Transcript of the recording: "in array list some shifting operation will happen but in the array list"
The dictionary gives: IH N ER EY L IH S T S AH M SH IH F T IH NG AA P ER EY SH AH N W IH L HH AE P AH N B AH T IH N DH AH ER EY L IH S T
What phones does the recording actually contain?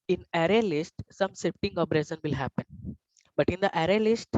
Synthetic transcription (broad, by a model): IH N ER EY L IH S T S AH M S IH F T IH NG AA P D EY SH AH N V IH L HH AE P AH N B AH T IH N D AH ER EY L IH S T